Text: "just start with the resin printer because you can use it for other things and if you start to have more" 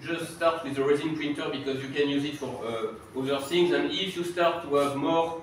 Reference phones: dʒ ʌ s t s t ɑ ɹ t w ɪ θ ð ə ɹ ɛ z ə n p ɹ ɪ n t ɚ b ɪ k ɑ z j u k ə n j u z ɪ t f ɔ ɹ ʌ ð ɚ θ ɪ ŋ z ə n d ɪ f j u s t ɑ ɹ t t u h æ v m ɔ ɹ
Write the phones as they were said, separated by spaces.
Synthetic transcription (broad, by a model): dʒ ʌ s t s t ɑ ɹ t w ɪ ð ə ɹ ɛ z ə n p ɹ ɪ n t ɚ b ɪ k ɑ z j u k ə n j u z ɪ t f ɔ ɹ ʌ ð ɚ θ ɪ ŋ z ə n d ɪ f j u s t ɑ ɹ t t u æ v m ɔ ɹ